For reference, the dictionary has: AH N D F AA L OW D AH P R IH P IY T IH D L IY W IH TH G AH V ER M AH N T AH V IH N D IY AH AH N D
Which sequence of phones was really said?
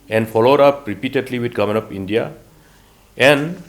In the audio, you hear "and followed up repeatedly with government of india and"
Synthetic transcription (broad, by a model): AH N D F AA L OW D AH P R IH P IY T IH D L IY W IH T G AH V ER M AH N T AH P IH N D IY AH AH N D